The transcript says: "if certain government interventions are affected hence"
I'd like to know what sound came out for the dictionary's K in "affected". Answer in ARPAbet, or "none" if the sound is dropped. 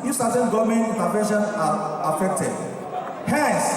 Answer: K